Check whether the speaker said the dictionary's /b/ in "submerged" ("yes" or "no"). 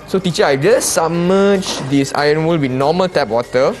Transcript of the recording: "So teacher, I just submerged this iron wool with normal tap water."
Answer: no